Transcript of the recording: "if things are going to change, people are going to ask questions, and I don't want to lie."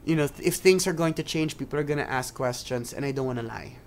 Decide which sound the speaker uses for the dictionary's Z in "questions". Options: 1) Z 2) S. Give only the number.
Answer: 2